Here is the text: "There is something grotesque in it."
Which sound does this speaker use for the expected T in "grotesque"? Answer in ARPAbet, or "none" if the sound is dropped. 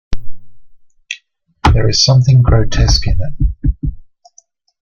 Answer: T